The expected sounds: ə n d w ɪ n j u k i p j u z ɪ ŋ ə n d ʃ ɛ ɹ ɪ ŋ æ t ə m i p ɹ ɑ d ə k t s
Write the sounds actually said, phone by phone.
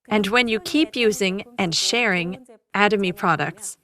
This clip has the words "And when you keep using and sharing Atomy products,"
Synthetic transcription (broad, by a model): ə n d w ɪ n j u k i p j u z ɪ ŋ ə n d ʃ ɛ ɹ ɪ ŋ æ t ə m i p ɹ ɑ d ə k t s